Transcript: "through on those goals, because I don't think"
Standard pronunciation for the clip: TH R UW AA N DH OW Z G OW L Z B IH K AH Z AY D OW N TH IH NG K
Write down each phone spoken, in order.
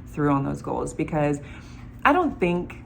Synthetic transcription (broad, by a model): TH R UW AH N DH OW Z G OW L Z B IH K AH Z AY D OW N TH IH NG K